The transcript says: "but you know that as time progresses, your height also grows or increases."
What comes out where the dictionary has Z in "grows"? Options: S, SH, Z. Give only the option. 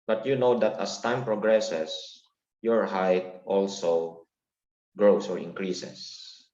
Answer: S